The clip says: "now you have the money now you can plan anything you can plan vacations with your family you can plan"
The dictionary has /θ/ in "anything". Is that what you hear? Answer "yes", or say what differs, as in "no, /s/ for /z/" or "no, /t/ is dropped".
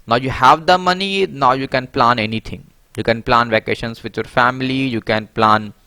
no, /t/ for /θ/